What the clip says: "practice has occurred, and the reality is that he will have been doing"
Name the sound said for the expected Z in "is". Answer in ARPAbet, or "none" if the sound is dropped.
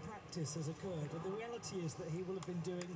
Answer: Z